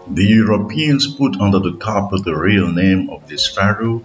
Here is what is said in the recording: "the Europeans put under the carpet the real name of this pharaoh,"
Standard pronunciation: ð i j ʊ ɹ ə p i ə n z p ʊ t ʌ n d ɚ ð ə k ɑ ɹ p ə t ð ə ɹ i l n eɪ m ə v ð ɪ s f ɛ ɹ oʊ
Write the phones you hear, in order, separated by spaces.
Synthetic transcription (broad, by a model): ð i j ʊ ɹ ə p i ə n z p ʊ t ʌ n d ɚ ð ə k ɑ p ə ð ə ɹ i l n eɪ m ə v ð ɪ s f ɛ ɹ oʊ